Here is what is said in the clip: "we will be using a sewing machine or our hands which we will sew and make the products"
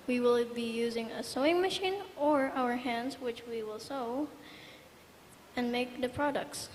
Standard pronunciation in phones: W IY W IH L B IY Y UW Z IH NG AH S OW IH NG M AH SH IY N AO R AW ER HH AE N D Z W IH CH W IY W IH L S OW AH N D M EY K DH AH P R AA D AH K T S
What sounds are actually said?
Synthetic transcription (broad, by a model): W IY W IH L B IY Y UW Z IH NG AH S OW IH NG M AH SH IY N AO R AW ER HH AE N D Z W IH CH W IY W IH L S OW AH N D M EY K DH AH P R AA D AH K T S